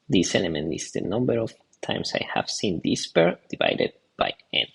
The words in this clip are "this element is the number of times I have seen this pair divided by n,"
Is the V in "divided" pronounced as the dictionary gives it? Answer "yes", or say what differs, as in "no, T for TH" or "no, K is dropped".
yes